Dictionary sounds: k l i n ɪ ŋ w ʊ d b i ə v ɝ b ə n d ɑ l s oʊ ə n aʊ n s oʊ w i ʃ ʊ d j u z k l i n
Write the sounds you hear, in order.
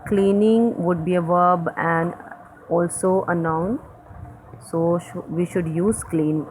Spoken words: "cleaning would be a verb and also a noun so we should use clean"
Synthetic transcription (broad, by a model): k l i n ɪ ŋ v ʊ d b i ə v ɝ b ə n d ɑ l s oʊ ə n aʊ n s oʊ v i ʃ ʊ d j u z k l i n